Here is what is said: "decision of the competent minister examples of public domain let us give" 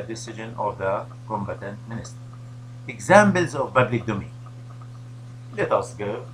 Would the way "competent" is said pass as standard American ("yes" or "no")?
no